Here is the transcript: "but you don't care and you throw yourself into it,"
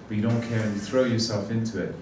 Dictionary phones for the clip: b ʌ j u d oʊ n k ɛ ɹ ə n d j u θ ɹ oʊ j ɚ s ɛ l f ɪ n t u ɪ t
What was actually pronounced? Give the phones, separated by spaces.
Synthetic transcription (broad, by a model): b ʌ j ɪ d oʊ n k ɛ ɹ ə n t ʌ θ ɹ oʊ j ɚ s ɛ l f ɪ n t u ɪ t